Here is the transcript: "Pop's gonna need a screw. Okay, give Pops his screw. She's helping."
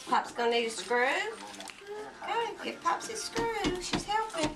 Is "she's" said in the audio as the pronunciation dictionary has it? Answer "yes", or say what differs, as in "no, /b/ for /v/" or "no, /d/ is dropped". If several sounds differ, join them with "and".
yes